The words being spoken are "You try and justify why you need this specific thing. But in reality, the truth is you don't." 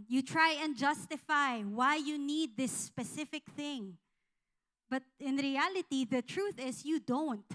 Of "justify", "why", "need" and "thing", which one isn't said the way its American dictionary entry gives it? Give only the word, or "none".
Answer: none